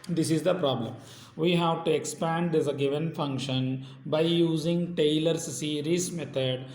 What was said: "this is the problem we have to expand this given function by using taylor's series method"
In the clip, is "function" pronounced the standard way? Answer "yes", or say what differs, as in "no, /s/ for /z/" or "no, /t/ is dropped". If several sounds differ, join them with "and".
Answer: yes